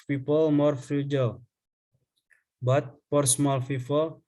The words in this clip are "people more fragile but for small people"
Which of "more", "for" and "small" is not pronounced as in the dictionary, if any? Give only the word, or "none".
for